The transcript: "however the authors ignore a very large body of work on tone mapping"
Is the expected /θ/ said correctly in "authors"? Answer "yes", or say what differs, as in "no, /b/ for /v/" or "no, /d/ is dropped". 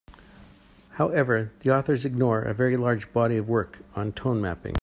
yes